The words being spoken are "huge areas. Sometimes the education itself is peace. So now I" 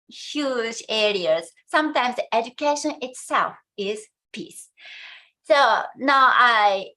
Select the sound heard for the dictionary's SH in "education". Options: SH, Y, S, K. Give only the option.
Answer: SH